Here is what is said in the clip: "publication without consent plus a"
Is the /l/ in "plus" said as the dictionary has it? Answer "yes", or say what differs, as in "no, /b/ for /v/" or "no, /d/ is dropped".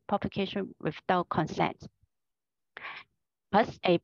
no, /l/ is dropped